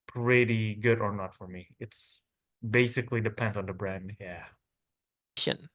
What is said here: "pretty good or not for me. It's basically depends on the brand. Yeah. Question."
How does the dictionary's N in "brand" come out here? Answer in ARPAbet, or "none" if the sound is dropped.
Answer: N